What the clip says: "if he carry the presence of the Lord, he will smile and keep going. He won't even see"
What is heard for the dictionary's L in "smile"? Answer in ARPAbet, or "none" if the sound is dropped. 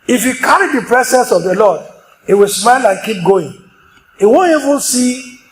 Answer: L